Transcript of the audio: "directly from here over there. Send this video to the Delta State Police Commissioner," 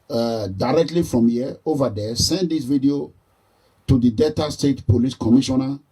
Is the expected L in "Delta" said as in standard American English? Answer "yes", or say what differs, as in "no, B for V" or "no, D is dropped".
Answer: no, L is dropped